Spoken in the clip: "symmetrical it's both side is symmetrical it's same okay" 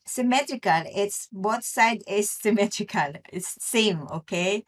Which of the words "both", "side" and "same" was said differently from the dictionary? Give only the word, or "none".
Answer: both